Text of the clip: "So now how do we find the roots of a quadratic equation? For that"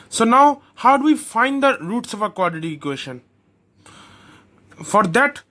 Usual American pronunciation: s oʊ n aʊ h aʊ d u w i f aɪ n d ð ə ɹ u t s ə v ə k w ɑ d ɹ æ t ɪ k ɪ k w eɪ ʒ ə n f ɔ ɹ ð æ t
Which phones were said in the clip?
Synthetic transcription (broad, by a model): s oʊ n aʊ h aʊ d u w i f aɪ n d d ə ɹ u t s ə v ə k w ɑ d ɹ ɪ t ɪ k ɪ w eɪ ʃ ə n f ɔ ɹ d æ t